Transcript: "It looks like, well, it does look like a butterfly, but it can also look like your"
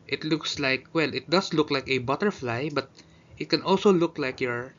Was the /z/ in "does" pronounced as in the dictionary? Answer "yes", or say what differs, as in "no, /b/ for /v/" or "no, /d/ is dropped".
no, /s/ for /z/